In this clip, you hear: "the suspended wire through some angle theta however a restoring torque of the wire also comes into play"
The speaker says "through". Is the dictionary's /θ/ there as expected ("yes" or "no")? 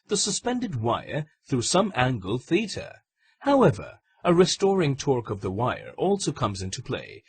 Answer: yes